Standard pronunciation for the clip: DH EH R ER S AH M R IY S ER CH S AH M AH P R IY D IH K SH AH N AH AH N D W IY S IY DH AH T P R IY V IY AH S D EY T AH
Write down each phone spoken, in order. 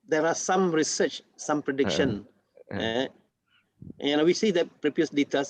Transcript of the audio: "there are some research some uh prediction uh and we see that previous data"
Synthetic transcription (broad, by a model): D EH R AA S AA M R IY S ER CH S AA M P R IY D IH K SH AH N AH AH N W IY S IY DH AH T P R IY P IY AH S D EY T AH